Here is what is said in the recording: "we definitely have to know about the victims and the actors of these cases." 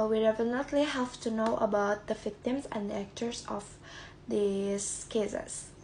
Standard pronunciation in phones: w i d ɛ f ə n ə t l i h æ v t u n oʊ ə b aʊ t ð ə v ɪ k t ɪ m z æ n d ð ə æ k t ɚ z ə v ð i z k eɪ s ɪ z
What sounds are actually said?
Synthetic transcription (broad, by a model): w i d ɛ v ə l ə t l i h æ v t u n oʊ ə b aʊ t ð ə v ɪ k t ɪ m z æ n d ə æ k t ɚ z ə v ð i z k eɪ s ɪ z